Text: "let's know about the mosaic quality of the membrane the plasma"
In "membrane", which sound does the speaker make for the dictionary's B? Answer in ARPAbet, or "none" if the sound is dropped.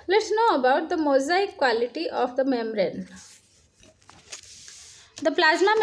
none